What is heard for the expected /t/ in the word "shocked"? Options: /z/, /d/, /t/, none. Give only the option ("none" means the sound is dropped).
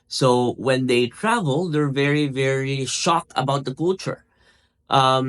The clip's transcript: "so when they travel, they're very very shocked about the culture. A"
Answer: none